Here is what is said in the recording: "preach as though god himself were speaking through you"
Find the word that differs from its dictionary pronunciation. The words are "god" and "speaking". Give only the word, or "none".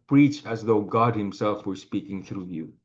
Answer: none